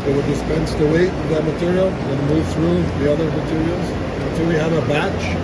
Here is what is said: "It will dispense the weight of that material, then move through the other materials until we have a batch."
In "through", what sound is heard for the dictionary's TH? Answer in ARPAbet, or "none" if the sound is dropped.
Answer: TH